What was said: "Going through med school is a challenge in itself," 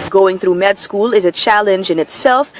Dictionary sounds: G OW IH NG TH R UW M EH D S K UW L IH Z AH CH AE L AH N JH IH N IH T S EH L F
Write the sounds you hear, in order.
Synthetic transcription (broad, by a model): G OW IH NG TH R UW M EH D S K UW L IH Z AH CH AE L AH N JH IH N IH T S EH L F